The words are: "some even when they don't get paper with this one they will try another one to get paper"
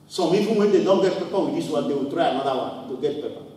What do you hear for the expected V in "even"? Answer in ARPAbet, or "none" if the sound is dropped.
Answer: F